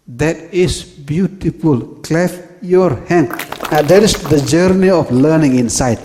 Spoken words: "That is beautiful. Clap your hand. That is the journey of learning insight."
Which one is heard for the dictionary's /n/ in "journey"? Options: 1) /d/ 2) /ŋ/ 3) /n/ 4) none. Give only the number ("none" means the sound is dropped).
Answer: 3